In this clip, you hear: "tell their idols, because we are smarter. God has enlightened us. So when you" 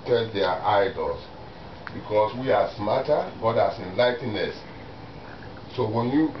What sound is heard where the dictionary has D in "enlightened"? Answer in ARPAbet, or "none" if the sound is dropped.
none